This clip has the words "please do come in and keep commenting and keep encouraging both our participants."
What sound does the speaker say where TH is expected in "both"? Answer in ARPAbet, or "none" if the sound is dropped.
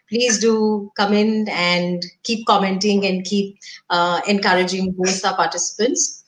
S